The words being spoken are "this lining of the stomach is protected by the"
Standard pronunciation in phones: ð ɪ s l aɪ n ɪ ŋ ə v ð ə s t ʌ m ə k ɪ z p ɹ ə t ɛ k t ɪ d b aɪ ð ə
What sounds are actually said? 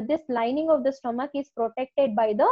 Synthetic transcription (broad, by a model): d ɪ s l aɪ n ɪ ŋ ə v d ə s t ʌ m ə k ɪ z p ɹ ə t ɛ k t ɪ d b aɪ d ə